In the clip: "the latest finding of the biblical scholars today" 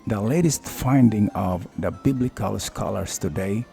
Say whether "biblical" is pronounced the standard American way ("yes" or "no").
yes